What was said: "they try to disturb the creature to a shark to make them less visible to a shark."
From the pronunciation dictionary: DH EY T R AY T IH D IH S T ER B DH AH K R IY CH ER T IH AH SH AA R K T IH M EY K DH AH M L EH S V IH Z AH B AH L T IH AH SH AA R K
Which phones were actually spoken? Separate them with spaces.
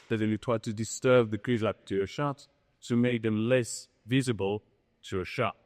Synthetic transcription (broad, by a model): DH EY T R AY T IH D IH S T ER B DH AH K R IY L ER T IH AH SH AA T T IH M EY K DH AH M L EH S V IH Z AH B AH L T IH AH SH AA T